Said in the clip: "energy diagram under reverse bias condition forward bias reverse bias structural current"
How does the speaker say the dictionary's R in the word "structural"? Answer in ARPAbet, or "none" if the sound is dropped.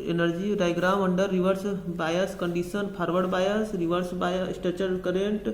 none